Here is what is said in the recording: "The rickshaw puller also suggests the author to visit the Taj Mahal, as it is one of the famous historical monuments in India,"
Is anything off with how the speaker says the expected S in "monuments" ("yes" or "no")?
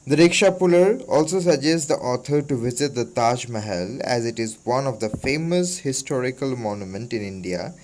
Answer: yes